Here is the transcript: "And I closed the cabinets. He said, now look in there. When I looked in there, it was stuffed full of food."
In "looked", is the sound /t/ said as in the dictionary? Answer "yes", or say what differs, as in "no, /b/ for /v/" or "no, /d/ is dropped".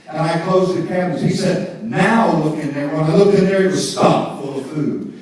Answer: no, /t/ is dropped